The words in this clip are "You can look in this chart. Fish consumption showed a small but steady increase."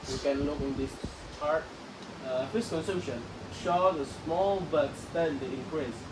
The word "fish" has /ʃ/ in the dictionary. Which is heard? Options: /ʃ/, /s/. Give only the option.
/s/